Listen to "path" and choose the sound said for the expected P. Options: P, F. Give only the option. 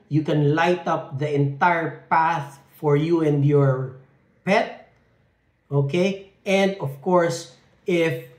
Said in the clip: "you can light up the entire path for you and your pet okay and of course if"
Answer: P